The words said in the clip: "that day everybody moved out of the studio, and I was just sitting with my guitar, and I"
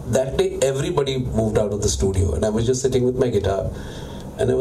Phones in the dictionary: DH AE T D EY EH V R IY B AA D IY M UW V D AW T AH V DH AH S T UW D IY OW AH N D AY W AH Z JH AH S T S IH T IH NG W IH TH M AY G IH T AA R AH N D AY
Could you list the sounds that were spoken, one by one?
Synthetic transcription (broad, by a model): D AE T D EY EH V R IY B AA D IY M UW V D AW T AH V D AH S T UW D IY OW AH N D AY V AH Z JH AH S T S IH T IH NG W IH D M AY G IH T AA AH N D AY